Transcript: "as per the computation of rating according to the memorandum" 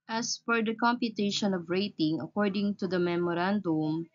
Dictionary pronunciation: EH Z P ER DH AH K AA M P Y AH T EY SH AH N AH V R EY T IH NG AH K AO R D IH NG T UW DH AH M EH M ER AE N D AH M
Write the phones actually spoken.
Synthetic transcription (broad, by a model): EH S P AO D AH K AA M P Y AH T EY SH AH N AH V R EY T IH NG AH K AO R D IH NG T UW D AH M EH M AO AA N D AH M